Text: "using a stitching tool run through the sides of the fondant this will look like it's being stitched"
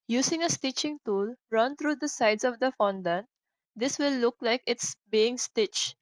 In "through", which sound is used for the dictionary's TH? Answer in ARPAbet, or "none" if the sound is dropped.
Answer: T